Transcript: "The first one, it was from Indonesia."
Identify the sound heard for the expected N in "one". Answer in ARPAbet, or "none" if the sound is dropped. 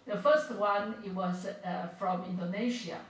N